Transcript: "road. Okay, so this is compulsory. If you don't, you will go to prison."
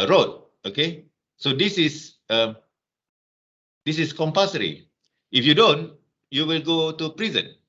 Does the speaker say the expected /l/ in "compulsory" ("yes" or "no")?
no